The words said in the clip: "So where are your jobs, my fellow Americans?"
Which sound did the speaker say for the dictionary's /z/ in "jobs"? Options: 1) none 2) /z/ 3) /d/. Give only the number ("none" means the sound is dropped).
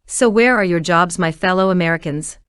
2